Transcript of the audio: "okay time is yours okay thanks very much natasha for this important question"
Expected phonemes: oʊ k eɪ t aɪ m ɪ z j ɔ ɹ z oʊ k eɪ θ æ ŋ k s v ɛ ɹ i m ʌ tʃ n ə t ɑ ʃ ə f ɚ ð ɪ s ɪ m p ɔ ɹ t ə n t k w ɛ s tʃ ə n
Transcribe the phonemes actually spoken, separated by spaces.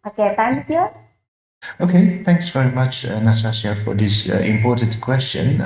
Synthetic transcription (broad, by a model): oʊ k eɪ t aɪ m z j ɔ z oʊ k eɪ θ æ ŋ k s v ɛ ɹ i m ʌ tʃ n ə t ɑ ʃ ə f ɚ ð ɪ s ɪ m p ɔ ɹ t ə n t k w ɛ s tʃ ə n